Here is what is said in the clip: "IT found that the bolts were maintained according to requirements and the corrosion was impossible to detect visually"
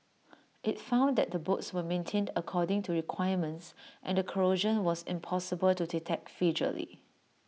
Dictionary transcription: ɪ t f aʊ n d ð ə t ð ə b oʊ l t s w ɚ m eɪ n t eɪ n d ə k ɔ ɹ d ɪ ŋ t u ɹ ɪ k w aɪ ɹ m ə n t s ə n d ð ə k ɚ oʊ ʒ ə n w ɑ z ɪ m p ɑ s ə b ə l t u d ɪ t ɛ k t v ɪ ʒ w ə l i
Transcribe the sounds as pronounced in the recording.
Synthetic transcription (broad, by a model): ɪ t f aʊ n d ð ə t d ə b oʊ t s w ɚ m eɪ n t eɪ n d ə k ɔ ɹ d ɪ ŋ t u ɹ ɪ k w aɪ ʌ m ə n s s ə n d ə k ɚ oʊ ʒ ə n w ɑ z ɪ m p ɑ s ə b ə l t u d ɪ t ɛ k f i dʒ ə l i